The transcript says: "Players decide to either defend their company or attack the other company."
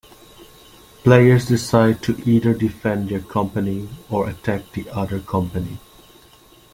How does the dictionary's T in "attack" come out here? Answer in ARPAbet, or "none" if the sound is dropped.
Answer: T